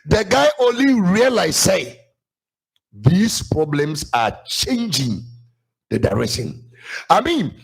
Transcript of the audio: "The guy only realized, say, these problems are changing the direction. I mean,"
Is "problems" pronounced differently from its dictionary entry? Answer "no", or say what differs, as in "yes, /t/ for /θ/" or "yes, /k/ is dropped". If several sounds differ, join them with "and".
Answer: yes, /s/ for /z/